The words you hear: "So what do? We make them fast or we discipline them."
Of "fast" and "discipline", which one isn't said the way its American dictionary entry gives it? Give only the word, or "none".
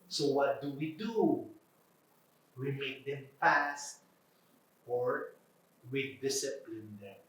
fast